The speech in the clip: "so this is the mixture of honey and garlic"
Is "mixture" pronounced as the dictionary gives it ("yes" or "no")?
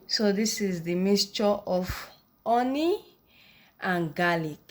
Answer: no